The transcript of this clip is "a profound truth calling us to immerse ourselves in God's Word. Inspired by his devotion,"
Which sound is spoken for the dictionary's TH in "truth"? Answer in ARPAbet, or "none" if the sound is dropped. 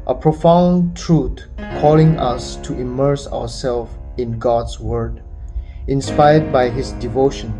T